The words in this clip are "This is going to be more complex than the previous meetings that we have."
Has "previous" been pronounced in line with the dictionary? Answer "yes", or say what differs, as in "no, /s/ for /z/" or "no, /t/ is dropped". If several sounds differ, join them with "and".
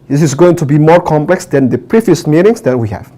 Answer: yes